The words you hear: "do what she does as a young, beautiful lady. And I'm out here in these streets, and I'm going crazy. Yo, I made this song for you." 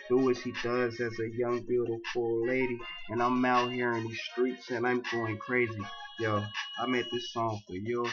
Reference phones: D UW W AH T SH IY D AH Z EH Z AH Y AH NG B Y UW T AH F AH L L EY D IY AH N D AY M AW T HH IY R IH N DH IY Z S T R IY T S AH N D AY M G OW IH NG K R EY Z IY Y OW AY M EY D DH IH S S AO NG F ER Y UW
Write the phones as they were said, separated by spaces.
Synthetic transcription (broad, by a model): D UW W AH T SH IY D AH Z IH Z AH Y AH NG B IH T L P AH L L EY D IY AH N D AY M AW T HH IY R IH N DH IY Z S T R IY T S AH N AY M G OW IH NG K R EY Z IY Y OW AY M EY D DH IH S S AO NG F ER Y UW